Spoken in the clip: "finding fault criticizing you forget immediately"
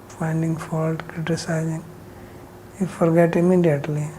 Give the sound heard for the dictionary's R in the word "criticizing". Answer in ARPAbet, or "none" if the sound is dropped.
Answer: R